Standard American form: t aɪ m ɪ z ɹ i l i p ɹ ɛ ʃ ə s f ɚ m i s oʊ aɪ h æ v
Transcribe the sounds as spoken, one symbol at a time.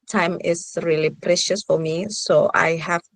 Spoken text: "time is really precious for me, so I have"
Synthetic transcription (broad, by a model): t aɪ m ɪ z ɹ i l i p ɹ ɛ ʃ ə s f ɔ m i s oʊ aɪ h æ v